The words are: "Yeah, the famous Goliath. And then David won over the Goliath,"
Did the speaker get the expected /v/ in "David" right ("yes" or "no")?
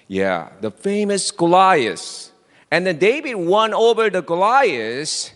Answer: no